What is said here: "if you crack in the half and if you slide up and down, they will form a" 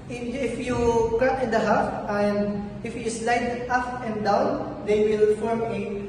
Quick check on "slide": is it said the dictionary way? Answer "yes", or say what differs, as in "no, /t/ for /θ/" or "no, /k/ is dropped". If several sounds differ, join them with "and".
yes